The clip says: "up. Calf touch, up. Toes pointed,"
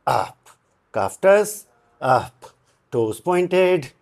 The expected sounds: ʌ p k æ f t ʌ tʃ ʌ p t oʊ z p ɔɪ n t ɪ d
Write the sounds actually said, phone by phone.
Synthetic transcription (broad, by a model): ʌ p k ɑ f t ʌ s ʌ p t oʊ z p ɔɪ n t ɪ d